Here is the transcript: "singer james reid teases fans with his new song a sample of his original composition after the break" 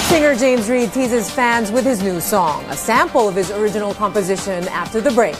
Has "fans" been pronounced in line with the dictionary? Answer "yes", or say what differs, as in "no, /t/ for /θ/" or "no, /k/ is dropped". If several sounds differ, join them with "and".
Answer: yes